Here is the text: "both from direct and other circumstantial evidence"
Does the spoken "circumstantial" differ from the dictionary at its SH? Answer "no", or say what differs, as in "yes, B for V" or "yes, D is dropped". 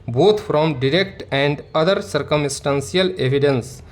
yes, S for SH